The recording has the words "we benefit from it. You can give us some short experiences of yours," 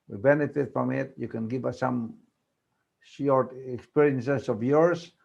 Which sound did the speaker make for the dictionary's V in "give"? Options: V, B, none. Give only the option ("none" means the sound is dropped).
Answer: B